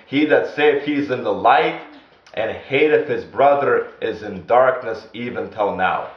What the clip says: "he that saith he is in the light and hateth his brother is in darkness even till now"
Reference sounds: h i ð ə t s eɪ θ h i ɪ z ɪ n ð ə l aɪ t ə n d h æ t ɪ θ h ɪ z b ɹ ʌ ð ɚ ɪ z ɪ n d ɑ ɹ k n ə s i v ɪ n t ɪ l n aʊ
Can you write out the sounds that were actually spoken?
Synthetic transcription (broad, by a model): h i ð ə t s eɪ f h i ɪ z ɪ n ð ə l aɪ t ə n h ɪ t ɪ f h ɪ z b ɹ ʌ ð ɚ ɪ z ɪ n d ɑ ɹ k n ə s i v ɪ n t ɪ l n aʊ